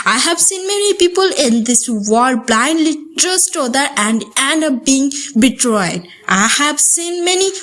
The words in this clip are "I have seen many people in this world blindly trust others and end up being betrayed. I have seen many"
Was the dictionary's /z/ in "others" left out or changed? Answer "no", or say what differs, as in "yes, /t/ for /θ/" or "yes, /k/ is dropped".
yes, /z/ is dropped